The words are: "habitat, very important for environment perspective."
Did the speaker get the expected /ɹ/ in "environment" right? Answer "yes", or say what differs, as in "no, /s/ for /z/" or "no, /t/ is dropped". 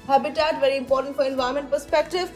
no, /ɹ/ is dropped